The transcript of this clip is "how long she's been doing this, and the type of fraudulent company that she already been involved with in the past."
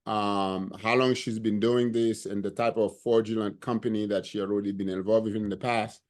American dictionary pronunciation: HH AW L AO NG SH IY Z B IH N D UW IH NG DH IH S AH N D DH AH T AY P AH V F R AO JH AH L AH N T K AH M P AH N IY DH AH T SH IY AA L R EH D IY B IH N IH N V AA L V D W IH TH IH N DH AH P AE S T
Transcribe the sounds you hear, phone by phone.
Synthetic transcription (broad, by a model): HH AW L AO NG SH IY Z B IH N D UW IH NG DH IH S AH N DH AH T AY P AH V F R JH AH L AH N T K AH M P AH N IY DH AH T SH IY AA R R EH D IY B IH N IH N V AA L V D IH IH N DH AH P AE S T